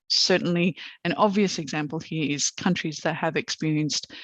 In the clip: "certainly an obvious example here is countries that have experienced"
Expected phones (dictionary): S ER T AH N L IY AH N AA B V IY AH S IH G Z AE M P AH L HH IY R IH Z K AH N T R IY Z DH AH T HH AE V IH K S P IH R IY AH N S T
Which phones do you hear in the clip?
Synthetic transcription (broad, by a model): S ER T N L IY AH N AA B V IY AH S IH G Z AE M P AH L HH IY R IH Z K AH N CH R IY Z DH AH T HH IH V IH K S P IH R IY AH N S T